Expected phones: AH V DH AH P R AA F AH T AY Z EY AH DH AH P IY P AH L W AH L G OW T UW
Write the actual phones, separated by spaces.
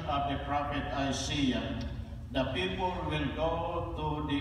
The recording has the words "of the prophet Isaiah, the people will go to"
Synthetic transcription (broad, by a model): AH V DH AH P R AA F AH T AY S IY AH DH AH P IY P AH L W AH L G OW T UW